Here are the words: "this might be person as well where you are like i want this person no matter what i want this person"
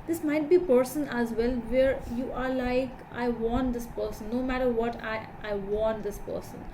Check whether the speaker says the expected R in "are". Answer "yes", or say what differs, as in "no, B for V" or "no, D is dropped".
yes